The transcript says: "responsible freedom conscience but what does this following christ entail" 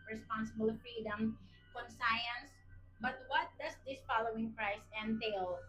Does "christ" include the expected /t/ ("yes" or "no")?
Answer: no